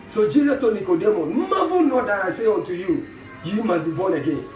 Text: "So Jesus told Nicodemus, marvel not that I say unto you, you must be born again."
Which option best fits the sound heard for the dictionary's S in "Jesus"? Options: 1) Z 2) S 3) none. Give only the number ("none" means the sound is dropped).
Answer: 3